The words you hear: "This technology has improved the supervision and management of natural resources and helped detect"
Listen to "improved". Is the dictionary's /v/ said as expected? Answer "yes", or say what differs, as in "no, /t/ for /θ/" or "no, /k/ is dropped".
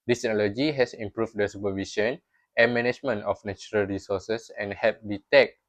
no, /f/ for /v/